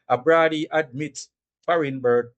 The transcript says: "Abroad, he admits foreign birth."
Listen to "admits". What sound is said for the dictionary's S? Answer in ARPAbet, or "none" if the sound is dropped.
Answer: none